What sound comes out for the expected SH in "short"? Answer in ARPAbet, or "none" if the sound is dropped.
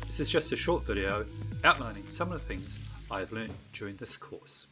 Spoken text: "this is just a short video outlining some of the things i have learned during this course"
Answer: SH